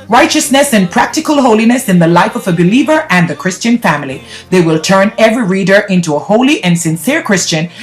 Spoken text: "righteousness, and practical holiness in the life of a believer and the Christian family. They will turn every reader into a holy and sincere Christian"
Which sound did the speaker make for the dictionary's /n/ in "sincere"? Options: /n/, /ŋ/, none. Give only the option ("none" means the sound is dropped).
/n/